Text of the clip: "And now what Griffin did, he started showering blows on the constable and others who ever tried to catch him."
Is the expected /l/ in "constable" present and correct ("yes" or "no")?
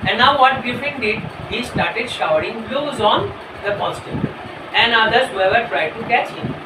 no